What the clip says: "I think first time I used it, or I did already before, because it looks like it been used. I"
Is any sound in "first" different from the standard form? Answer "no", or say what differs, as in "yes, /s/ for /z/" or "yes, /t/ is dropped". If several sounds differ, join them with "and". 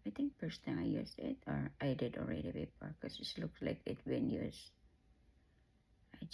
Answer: yes, /p/ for /f/